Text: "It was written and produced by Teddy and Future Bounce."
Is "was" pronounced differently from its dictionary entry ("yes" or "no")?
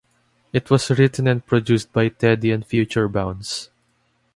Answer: yes